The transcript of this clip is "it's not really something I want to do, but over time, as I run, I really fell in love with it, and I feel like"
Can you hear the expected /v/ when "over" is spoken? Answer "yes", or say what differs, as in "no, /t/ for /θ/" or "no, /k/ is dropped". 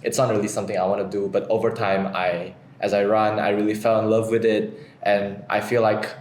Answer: yes